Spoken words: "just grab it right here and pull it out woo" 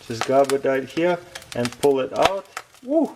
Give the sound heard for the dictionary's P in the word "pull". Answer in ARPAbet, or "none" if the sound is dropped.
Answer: P